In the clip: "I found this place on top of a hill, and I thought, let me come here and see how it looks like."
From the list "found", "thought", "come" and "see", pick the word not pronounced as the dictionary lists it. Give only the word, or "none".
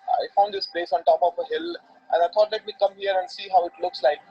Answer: thought